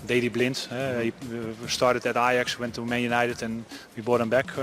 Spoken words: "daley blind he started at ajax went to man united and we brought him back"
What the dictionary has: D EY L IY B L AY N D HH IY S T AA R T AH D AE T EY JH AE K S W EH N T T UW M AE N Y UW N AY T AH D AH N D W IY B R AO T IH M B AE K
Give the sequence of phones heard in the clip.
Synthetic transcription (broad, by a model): D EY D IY B L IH N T HH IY S T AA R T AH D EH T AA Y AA K S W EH N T T UW M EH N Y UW N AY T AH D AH N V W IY B AO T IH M B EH K